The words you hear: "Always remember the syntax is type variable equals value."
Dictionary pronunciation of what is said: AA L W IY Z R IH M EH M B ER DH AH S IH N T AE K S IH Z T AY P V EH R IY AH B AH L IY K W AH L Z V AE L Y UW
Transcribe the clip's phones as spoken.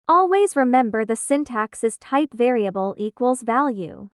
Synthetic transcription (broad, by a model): AA L W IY Z R IH M EH M B ER DH AH S IH N T AE K S IH Z T AY P V EH R IY AH B AH L IY K W AH L Z V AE L Y UW